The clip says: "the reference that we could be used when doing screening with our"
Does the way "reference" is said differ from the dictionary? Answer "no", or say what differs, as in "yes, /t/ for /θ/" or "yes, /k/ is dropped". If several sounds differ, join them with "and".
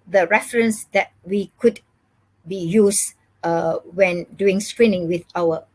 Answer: no